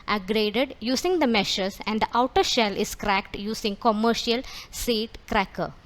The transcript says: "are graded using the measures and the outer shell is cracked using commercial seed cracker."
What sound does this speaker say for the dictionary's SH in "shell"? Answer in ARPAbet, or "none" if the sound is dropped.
SH